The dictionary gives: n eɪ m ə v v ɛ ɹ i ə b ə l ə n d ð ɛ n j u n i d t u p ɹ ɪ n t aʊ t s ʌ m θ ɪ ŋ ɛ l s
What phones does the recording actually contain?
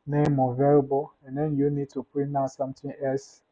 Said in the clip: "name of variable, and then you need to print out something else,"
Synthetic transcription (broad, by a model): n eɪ m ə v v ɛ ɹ b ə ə n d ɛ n j u n i d t u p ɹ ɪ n aʊ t s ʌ m t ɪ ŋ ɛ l s